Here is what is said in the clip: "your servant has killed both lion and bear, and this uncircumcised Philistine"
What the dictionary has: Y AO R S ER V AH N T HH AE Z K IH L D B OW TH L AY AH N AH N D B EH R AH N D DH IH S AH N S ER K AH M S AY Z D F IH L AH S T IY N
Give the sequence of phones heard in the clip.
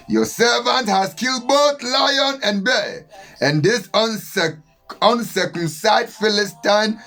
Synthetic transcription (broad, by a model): Y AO S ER V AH N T HH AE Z K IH L D B OW TH L AY AH N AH N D B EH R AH N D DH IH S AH N S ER K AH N S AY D F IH L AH S T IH N